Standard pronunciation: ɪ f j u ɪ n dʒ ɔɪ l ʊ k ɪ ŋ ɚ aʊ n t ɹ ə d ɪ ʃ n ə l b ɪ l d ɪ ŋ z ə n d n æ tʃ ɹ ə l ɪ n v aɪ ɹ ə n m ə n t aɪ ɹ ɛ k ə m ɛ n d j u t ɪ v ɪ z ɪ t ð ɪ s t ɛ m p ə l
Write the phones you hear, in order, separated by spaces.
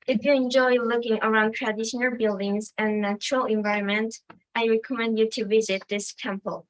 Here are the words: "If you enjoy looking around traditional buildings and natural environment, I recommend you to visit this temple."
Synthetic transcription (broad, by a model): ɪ f j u ɪ n dʒ ɔɪ l ʊ k ɪ ŋ ɚ aʊ n t ɹ ə d ɪ ʃ n ə l b ɪ l d ɪ ŋ z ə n n æ tʃ ɹ ə l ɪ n v aɪ ɹ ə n m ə n t aɪ ɹ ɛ k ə m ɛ n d j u t ɪ v ɪ z ɪ t ð ɪ s t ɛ m p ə l